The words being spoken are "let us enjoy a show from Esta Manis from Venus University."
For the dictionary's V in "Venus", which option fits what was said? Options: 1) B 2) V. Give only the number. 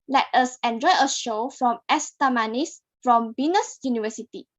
1